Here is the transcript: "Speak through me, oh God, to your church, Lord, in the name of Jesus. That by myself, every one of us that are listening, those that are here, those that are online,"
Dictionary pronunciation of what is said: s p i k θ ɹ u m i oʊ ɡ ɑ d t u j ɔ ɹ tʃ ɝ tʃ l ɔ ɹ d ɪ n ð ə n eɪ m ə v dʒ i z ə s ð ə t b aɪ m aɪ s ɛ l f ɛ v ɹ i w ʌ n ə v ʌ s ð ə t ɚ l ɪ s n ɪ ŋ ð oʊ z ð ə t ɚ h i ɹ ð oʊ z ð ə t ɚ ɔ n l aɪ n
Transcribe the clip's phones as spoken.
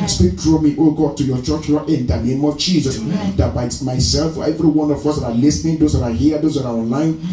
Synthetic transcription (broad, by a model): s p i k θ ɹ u m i oʊ ɡ ɑ d t u j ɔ tʃ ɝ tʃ n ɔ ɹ ɪ n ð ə n eɪ m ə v dʒ i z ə s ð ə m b aɪ m aɪ s ɛ l f ɛ v ɹ i w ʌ n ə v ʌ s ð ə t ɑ l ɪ s n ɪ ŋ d oʊ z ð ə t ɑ h i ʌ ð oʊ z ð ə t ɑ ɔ n l aɪ n